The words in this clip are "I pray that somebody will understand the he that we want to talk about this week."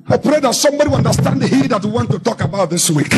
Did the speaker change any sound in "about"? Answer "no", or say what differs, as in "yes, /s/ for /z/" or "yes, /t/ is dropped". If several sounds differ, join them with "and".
no